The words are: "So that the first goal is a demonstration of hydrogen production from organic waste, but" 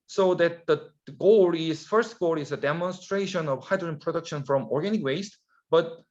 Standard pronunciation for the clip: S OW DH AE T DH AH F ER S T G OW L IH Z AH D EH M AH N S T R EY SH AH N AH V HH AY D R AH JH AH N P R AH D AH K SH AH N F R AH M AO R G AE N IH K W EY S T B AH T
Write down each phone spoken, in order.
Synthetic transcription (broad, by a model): S OW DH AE T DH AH F ER S T G OW L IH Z AH D EH M AH N S T R EY SH AH N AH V HH AY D R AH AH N P R AH D AH K SH AH N F R AH M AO R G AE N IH K W EY S T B AH T